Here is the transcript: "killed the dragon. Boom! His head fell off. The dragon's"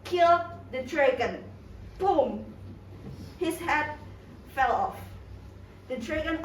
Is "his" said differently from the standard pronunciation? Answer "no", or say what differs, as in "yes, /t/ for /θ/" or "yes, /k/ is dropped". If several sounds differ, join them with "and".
yes, /s/ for /z/